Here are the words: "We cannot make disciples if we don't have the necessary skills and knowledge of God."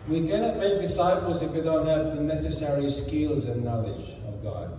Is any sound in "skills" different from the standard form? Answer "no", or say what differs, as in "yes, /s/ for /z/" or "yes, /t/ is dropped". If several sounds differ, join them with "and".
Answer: no